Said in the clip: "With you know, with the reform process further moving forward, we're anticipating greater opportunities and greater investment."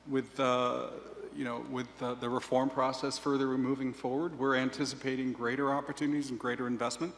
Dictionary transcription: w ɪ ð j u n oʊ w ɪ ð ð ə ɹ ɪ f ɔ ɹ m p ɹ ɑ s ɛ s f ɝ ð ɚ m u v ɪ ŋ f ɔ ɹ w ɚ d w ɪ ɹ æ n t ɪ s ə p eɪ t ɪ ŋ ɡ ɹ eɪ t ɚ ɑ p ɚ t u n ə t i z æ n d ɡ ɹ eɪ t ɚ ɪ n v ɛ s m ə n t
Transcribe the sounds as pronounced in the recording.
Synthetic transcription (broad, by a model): w ɪ ð j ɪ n oʊ w ɪ ð ð ə ɹ ɪ f ɔ ɹ m p ɹ ɑ s ɛ s f ɝ ð ɚ m u v ɪ ŋ f ɔ ɹ w ɚ d w ɪ ɹ æ n t ɪ s ə p eɪ t ɪ ŋ ɡ ɹ eɪ t ɚ ɑ p ɚ t u n ə t i z n ɡ ɹ eɪ t ɚ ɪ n v ɛ s m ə n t